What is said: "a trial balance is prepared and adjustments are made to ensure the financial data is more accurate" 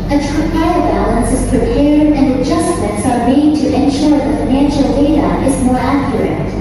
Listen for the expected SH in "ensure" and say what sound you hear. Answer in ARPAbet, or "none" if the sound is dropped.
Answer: SH